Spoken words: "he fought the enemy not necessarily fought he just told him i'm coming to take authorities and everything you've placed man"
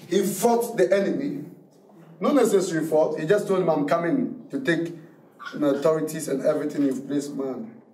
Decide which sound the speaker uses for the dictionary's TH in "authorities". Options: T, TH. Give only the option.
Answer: T